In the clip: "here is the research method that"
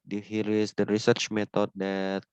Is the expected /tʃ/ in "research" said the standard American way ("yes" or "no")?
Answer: yes